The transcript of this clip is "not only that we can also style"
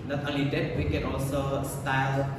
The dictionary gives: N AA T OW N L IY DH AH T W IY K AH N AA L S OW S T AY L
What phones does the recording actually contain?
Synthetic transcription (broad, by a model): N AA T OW L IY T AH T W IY K AH N AA L S OW S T AY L